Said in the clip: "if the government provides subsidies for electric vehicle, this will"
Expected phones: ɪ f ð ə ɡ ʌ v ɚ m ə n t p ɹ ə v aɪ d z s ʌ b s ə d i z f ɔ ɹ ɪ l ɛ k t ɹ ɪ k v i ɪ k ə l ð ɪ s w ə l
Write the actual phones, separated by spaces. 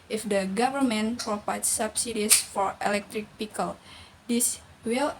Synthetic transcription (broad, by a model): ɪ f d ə ɡ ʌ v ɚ m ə n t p ɹ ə p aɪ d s s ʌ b s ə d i s f ɔ ɹ ɪ l ɛ k t ɹ ɪ k p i k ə l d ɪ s w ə l